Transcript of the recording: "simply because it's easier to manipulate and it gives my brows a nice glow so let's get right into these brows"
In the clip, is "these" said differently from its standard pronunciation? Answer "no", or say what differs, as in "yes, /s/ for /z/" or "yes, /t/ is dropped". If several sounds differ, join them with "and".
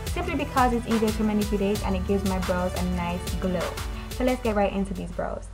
no